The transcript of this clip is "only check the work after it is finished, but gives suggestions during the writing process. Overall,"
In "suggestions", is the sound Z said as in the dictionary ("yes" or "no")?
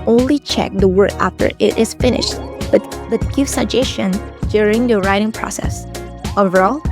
no